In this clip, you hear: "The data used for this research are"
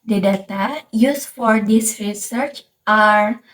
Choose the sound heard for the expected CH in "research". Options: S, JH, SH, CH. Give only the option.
CH